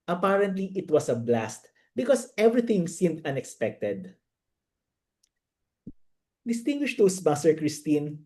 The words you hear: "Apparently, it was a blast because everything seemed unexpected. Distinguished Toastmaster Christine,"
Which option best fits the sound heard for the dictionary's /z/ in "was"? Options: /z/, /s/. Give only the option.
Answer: /s/